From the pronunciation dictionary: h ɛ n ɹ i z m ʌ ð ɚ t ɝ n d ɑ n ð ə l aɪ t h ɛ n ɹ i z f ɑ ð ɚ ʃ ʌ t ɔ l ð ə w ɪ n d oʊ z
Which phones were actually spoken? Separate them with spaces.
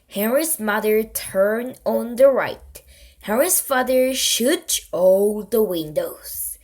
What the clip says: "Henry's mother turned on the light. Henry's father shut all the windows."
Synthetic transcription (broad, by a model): h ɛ ɹ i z m ʌ ð ɚ t ɝ n ɑ n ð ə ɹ aɪ t h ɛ ɹ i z f ɑ ð ɚ ʃ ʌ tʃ ɔ l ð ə w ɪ n d oʊ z